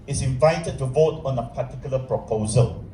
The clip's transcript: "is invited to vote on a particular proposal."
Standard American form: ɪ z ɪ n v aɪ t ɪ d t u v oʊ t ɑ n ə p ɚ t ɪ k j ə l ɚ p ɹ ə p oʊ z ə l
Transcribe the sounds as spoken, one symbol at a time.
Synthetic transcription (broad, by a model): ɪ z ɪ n v aɪ t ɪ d t u v oʊ t ɑ n ə p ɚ t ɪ k j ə l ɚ p ɹ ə p oʊ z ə l